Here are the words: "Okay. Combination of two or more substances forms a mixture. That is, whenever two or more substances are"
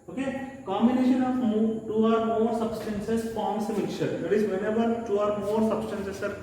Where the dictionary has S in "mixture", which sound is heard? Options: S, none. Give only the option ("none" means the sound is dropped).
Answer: none